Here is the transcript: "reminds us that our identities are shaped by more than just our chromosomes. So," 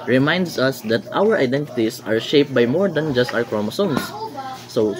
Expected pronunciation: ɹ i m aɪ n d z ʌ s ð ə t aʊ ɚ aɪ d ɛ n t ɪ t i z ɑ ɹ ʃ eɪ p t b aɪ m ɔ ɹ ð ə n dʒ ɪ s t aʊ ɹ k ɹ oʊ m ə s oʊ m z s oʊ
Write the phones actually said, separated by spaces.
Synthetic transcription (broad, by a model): ɹ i m aɪ n d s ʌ s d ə t aʊ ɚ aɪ d ɛ n t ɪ t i s ɑ ɹ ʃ eɪ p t b aɪ m ɔ ɹ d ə n dʒ ɪ s t aʊ ɹ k ɹ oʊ m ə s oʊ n s oʊ